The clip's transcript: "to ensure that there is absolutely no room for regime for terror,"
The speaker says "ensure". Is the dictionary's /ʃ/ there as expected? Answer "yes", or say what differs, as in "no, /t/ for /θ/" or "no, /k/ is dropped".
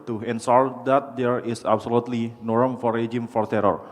no, /s/ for /ʃ/